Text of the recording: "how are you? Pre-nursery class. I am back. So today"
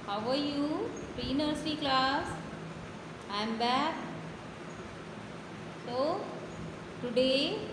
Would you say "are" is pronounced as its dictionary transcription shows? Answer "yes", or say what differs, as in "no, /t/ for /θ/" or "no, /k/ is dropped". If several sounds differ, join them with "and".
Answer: yes